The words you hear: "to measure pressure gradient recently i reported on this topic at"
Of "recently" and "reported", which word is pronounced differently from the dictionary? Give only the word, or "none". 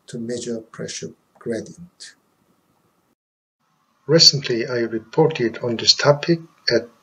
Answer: none